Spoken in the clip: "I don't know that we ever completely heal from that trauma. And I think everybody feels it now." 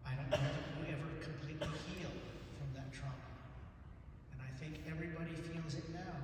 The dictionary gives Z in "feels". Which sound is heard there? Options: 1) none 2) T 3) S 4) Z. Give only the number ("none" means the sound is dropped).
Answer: 4